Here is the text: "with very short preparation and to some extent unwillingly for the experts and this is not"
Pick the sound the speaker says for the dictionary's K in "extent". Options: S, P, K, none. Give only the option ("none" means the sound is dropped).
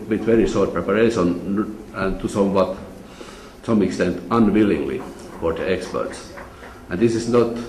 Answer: K